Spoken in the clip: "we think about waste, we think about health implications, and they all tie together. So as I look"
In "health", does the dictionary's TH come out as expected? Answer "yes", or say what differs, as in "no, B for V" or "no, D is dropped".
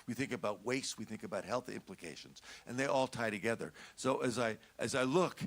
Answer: yes